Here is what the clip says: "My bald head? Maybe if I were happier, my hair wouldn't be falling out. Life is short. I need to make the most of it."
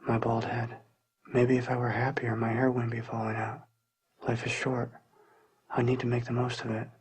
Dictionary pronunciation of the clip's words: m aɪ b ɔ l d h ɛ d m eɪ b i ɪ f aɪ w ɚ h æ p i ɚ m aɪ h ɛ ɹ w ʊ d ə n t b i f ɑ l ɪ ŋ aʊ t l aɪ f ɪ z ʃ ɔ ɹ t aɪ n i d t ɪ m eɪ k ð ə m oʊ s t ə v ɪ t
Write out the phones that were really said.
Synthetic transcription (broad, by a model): m aɪ b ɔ l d h ɛ d m eɪ b i ɪ f aɪ w ɚ h æ p i ɚ m aɪ h ɛ ɹ w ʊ d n b i f ɑ l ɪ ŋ aʊ t l aɪ f ɪ z ʃ ɔ ɹ t aɪ n i d t ɪ m eɪ k ð ə m oʊ s t ə v ɪ t